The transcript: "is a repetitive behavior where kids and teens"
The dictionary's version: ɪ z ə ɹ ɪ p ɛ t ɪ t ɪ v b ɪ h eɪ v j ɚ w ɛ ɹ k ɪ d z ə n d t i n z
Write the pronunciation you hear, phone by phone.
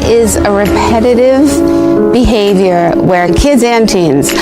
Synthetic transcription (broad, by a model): ɪ z ə ɹ ɪ p ɛ t ɪ t ɪ v b ɪ h eɪ v j ɚ w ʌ ɹ k ɪ d z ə n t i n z